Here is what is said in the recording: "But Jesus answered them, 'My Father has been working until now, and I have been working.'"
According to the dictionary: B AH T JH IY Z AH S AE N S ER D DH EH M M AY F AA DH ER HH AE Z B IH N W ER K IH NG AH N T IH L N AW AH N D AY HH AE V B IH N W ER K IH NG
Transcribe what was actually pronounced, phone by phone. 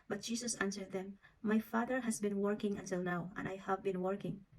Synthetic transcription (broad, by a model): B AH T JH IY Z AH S AE N S ER D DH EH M M AY F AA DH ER HH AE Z B IH N W ER K IH NG AH N T IH L N AW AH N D AY HH AE V B IH N W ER K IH NG